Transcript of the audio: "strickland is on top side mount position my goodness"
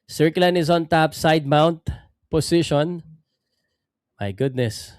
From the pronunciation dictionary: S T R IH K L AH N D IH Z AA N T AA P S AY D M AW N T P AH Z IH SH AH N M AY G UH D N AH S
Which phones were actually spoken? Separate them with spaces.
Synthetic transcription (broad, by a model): S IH R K L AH N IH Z AA N T AA P S AY D M AW N T P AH S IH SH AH N M AY G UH D N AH S